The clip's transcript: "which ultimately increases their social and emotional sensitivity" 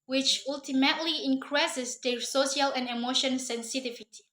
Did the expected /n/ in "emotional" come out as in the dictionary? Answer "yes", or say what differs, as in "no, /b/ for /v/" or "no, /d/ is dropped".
no, /n/ is dropped